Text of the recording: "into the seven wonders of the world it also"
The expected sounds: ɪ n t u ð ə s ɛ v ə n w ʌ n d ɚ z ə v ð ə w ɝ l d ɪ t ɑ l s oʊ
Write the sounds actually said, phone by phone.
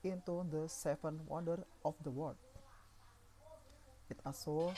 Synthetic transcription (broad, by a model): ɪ n t u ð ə s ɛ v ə n w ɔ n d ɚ ə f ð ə w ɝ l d ɪ t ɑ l s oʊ